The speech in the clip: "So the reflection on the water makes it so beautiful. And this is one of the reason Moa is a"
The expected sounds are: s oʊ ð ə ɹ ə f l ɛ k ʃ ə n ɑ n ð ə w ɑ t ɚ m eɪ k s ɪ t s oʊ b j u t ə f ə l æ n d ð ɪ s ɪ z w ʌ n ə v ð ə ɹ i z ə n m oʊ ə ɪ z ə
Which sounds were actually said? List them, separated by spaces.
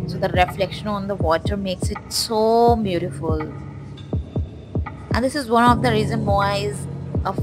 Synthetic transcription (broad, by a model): s oʊ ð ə ɹ ə f l ɛ k ʃ ə n ɑ n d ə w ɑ t ɚ m eɪ k s ɪ t s oʊ b j u t ə f ə l æ n d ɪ s ɪ z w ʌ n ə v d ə ɹ i z ə n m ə ɪ z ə